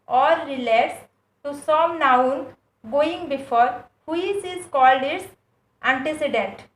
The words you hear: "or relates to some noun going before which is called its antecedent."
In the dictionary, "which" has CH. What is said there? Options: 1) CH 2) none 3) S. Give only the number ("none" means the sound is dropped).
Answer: 3